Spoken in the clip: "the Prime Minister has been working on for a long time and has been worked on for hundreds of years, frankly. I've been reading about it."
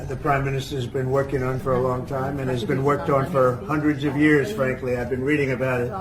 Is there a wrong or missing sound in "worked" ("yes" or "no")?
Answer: no